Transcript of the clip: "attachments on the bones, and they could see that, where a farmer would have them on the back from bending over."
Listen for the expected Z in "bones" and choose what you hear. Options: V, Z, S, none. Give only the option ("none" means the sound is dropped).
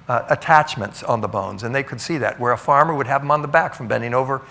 Z